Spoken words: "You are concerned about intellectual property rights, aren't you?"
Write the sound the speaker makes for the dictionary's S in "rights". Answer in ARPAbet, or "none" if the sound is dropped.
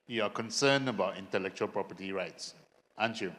S